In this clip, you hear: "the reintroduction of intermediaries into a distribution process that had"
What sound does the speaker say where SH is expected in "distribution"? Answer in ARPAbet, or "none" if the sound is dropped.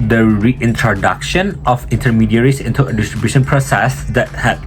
SH